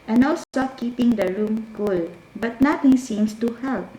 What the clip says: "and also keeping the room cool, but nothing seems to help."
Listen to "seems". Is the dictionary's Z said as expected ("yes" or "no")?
no